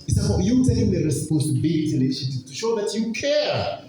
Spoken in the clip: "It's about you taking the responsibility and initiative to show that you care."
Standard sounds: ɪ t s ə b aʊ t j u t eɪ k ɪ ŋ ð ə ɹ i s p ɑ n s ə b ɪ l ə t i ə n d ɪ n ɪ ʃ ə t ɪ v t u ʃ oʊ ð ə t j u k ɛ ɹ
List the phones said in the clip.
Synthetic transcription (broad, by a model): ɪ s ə aʊ j u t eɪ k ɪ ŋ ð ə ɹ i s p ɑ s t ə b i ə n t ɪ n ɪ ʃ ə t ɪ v t u ʃ oʊ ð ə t j u k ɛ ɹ